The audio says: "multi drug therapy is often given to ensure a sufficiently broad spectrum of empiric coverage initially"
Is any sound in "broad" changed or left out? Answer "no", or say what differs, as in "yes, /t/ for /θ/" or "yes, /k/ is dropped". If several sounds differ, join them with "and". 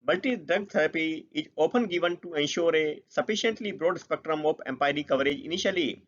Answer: no